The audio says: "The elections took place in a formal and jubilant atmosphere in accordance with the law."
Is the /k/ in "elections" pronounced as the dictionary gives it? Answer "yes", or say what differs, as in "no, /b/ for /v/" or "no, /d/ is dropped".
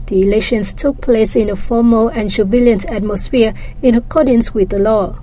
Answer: no, /k/ is dropped